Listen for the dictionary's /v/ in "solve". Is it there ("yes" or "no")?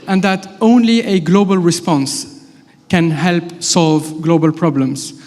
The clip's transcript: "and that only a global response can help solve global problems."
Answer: yes